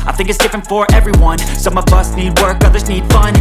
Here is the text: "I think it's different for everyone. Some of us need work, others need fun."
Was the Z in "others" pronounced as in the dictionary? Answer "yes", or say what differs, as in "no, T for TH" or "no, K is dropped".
yes